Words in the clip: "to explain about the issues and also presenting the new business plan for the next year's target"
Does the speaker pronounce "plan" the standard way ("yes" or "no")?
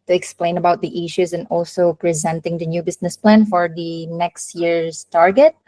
yes